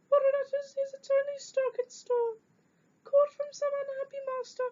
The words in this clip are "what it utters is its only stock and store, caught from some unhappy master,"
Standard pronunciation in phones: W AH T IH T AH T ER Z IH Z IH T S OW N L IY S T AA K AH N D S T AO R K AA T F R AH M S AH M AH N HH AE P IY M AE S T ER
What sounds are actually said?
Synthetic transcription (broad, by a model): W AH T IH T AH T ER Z IH Z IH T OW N IY S T AA K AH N S T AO K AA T F R AH M S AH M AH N HH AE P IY M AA S T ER